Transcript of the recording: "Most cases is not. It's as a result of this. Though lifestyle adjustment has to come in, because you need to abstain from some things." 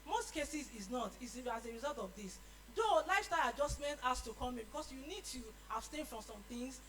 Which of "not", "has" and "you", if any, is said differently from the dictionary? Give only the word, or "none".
has